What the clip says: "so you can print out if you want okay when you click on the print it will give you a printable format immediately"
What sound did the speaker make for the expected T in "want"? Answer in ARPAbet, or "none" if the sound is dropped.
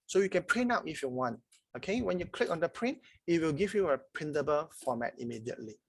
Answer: T